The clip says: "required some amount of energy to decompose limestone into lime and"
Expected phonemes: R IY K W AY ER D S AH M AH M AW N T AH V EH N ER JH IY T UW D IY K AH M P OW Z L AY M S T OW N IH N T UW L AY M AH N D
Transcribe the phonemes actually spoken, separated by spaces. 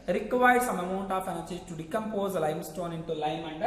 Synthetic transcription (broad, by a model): R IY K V AY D S AH M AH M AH N T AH F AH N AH CH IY T UW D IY K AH M P OW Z L AY M S T OW N IH N T UW L AY M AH N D